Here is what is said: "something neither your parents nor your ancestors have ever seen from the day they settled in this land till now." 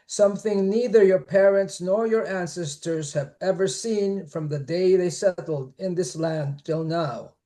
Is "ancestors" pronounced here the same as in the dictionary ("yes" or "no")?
yes